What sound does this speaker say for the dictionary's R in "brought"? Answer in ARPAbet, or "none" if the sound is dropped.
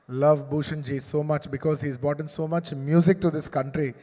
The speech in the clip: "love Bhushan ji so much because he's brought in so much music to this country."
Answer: none